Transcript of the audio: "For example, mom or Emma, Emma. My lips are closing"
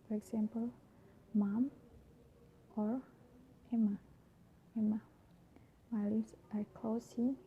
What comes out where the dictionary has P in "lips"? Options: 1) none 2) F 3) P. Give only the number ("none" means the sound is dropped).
1